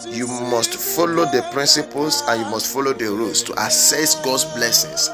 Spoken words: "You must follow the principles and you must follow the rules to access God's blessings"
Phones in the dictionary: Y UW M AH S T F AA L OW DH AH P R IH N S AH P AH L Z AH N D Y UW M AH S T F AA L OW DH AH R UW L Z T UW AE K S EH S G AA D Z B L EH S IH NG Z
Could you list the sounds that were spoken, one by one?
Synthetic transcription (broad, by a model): Y UW M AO S T F AA L OW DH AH P R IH N S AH P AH L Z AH N Y UW M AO S T F AA L OW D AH R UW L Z T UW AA S EH S G AA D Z B L EH S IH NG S